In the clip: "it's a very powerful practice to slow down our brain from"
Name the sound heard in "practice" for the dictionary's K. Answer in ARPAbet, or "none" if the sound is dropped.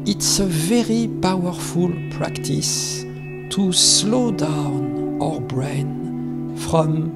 K